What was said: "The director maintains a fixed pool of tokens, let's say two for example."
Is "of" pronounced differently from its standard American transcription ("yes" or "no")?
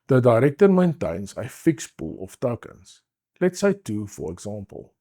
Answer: yes